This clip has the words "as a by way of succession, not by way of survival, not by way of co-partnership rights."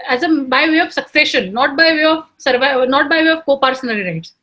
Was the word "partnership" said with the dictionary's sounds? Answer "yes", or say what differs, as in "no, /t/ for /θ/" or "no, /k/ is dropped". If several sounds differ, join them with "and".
no, /s/ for /t/ and /ʃ/ is dropped